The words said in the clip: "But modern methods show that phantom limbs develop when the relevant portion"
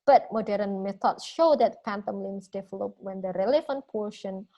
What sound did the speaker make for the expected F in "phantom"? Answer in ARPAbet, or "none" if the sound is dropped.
P